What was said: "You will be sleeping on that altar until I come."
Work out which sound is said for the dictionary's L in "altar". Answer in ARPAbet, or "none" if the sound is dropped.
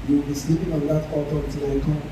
none